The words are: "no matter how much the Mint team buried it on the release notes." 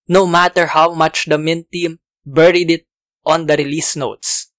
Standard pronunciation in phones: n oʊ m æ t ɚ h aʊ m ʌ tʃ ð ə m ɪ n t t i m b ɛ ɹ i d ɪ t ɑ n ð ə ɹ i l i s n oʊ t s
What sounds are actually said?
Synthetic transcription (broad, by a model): n oʊ m æ t ɚ h aʊ m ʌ tʃ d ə m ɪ n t t i m b ɛ ɹ i d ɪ t ɑ n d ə ɹ i l i s n oʊ t s